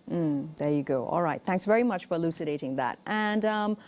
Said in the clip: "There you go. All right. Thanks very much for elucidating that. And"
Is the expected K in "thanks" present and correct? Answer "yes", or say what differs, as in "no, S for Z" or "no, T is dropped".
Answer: yes